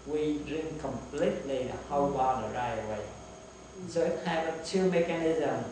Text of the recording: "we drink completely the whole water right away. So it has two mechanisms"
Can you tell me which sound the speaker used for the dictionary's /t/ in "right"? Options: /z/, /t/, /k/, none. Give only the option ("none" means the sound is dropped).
none